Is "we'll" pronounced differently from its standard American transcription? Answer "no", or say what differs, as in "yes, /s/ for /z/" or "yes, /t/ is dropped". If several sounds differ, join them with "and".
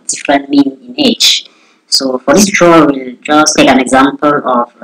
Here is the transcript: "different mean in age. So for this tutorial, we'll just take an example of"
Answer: no